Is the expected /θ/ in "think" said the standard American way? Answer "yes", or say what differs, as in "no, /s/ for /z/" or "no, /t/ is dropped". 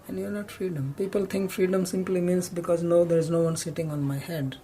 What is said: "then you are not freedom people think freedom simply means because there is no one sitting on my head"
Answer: no, /t/ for /θ/